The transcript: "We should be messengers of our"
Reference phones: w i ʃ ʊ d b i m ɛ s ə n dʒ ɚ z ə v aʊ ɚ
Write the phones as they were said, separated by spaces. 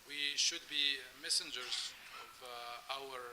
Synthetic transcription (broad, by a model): w i ʃ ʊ d b i m ɛ s ə n dʒ ɚ z ə v aʊ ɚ